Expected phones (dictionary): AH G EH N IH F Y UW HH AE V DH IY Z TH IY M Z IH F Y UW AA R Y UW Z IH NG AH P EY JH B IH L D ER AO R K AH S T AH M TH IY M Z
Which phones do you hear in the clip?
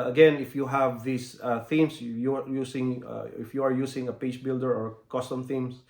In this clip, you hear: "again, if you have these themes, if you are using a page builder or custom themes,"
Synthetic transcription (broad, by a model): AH G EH N IH F Y UW HH AE V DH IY S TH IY M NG IH F Y UW AA R Y UW S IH NG AH P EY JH B IH L D ER AO R K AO S T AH M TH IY M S